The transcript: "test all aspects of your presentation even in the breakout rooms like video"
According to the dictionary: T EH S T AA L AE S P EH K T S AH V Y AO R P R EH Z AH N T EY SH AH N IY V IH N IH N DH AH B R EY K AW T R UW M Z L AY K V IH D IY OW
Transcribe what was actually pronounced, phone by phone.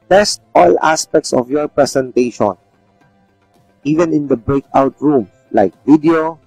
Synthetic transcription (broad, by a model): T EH S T AA L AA S P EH K T S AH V Y AO R P R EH S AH N T EY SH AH N IY V IH N IH N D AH B R EY K AW T R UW M L AY K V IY D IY OW